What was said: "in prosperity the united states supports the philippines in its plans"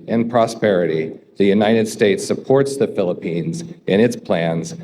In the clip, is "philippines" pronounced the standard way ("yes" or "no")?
yes